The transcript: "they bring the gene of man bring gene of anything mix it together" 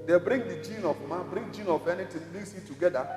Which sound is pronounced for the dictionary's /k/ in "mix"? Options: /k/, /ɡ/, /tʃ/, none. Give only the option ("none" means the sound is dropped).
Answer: none